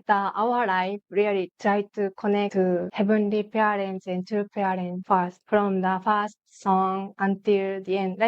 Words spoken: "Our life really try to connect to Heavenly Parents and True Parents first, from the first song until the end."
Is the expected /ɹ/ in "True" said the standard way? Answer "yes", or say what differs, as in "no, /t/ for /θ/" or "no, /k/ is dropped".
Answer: no, /ɹ/ is dropped